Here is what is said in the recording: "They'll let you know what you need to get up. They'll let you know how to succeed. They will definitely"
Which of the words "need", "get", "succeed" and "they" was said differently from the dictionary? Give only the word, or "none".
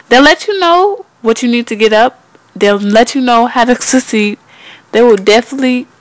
succeed